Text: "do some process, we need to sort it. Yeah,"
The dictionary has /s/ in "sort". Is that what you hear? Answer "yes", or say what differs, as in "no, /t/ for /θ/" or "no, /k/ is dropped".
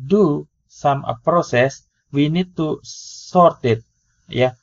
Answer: yes